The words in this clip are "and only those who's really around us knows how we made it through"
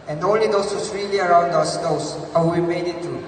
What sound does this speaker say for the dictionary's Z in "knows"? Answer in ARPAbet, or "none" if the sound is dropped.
S